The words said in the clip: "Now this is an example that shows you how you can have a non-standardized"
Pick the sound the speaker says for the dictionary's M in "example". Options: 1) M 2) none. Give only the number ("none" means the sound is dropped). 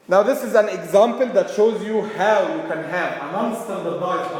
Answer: 1